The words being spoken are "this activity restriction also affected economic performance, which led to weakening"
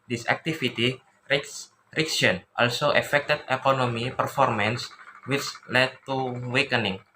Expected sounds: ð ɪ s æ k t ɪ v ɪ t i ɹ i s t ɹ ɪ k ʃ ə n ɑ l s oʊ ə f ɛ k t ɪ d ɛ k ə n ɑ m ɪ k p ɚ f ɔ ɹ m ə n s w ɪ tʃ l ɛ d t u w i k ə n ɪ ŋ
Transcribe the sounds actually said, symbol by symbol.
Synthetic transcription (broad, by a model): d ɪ s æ k t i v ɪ t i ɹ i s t ɹ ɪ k s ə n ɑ l s oʊ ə f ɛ k t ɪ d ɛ k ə n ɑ m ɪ p ɚ f ɔ ɹ m ə n s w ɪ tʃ l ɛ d t u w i k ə n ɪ ŋ